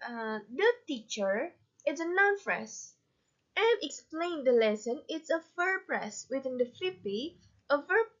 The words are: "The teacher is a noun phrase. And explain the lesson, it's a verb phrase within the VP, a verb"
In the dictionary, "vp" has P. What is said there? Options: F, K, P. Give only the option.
F